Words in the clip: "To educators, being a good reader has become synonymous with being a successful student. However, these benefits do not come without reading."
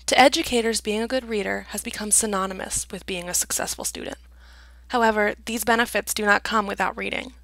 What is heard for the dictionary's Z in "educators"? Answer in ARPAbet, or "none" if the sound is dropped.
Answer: Z